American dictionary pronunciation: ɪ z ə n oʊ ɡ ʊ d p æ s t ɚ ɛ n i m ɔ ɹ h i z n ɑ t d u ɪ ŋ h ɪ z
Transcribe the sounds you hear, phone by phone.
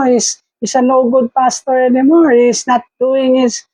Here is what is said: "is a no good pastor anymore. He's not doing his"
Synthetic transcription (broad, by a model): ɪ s ə n oʊ ɡ ʊ d p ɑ s t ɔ ɛ n i m ɔ ɹ h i s n ɑ t d u ɪ ŋ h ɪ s